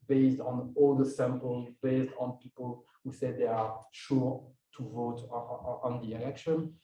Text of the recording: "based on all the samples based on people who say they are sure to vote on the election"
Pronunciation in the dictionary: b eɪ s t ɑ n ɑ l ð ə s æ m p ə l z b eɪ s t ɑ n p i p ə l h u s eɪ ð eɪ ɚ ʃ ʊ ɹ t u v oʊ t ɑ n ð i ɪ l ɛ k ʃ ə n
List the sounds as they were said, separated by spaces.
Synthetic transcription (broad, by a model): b eɪ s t ɑ n ɑ l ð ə s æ m p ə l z b eɪ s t ɑ n p i p ə l h u s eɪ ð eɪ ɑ ʃ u ɹ t u v oʊ t ɑ n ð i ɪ l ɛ k ʃ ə n